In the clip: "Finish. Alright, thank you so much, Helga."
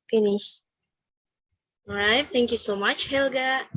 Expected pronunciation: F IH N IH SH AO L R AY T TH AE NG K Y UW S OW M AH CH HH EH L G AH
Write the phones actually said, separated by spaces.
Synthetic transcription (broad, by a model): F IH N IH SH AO R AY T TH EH NG K Y UW S OW M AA CH HH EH L G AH